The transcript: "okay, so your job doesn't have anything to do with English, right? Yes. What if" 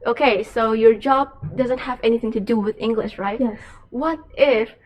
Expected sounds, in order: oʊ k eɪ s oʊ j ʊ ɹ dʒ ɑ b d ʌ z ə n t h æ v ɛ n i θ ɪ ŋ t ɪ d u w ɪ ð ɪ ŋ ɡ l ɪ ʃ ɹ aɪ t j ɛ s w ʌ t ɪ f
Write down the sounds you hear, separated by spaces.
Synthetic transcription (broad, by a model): oʊ k eɪ s oʊ j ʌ ɹ dʒ ɑ b d ʌ z ə n t h æ v ɛ n i θ ɪ ŋ t ɪ d u w ɪ ð ɪ ŋ ɡ l ɪ ʃ ɹ aɪ t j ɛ w ʌ t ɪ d